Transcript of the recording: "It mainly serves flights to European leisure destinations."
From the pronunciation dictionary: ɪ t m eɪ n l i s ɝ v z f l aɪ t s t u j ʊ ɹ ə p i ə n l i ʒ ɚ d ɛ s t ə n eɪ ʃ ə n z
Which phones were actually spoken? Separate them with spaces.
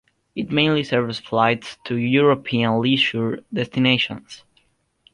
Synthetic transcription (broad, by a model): ɪ t m eɪ n l i s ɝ v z f l aɪ t s t u j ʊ ɹ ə p i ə n l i ʃ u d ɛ s t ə n eɪ ʃ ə n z